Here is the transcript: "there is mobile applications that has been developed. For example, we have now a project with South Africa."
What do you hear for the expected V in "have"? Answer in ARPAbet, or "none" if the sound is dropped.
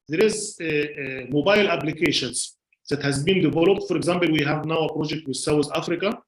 V